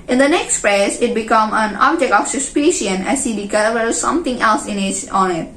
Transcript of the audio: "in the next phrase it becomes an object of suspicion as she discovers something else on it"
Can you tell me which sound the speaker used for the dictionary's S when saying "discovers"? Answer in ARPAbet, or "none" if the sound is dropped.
none